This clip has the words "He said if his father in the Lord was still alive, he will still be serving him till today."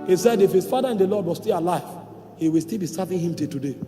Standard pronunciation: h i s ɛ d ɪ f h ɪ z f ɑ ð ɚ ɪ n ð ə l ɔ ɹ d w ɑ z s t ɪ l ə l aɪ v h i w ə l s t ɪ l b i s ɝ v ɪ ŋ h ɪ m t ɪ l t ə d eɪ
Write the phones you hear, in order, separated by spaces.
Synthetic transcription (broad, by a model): h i s ɛ d ɪ f h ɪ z f ɑ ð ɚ ɪ n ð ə l ɔ d w ɑ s t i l ə l aɪ v h i w ə l s t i l b i s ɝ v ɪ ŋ h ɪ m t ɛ t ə d eɪ